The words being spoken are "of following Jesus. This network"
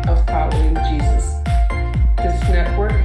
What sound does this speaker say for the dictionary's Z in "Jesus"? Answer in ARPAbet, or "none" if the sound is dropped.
Z